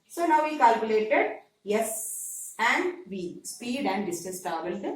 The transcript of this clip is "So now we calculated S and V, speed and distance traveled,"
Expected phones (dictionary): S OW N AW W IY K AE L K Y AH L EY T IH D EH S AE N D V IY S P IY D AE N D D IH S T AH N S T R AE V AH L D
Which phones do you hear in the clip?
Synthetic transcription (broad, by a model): S OW N AW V IY K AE L K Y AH L EY T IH D EH S AE N D V IY S P IY D AE N D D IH S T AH S T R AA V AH L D